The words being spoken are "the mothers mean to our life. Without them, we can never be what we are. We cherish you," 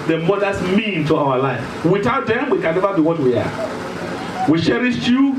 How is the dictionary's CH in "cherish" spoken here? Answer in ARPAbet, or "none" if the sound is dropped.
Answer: SH